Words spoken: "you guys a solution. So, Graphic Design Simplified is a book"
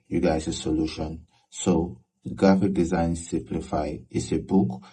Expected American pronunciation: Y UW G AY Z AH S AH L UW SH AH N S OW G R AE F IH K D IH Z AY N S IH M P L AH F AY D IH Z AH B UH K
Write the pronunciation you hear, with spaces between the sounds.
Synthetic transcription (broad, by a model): Y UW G AY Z AH S AH L UW SH AH N S OW G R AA F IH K D IH Z AY N S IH M P L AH F AY IH S AH B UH K